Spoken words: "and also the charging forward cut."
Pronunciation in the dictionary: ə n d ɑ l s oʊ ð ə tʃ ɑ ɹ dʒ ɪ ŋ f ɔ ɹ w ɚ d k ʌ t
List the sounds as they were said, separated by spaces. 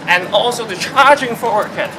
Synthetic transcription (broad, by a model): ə n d ɑ l s oʊ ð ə tʃ ɑ ɹ dʒ ɪ ŋ f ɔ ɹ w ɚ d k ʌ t